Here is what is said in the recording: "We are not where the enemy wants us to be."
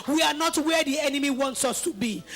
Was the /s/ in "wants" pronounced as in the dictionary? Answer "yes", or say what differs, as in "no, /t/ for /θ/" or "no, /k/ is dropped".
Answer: yes